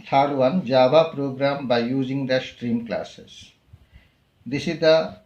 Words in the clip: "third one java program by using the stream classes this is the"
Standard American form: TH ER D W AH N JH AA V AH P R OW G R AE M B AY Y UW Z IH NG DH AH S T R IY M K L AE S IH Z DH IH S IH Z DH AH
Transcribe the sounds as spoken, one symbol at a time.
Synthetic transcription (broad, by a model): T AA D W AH N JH AA B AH P R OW G R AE M B AY Y UW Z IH NG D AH S T R IY M K L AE S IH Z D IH S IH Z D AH